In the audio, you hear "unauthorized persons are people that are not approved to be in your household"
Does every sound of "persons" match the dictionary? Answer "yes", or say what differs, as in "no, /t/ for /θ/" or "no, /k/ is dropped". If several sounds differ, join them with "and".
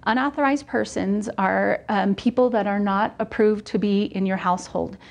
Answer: yes